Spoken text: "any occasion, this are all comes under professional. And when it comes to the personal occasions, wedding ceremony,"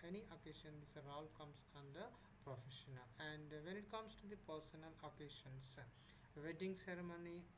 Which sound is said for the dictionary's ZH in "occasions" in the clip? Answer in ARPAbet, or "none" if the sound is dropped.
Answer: SH